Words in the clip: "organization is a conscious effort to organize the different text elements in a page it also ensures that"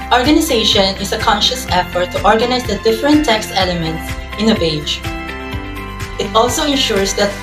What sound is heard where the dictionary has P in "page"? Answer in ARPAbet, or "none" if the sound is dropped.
B